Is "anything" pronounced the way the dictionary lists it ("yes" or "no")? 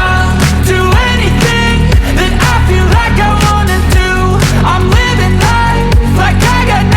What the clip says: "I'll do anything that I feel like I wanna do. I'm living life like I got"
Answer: yes